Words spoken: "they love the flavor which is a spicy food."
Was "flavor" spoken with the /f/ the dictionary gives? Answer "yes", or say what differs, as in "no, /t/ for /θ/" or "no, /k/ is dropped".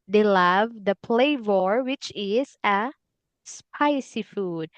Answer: no, /p/ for /f/